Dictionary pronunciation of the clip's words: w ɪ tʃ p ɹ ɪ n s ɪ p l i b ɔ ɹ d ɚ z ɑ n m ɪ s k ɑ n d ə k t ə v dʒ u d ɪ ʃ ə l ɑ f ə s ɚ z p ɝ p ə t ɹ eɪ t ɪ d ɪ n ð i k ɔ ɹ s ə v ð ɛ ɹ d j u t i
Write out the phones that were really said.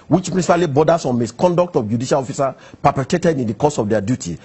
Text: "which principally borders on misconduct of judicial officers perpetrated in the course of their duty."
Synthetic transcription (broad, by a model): w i tʃ p ɹ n s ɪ p l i b ɔ d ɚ s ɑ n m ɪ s k ɑ n d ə k t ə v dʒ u d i ʃ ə l ɑ f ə s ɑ p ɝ p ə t eɪ t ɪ d ɪ n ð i k ɔ s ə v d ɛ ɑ d j u t i